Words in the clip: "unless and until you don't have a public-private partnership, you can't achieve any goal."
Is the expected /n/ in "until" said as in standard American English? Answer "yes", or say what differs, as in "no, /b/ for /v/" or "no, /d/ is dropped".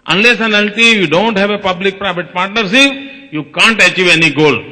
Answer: no, /l/ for /n/